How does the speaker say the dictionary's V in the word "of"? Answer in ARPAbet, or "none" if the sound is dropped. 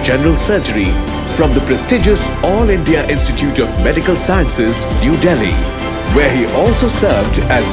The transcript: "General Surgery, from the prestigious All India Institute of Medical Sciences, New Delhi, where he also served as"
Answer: V